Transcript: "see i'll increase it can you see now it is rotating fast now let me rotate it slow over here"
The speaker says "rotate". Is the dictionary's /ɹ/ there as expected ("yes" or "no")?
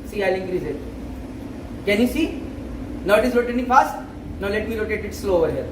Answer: no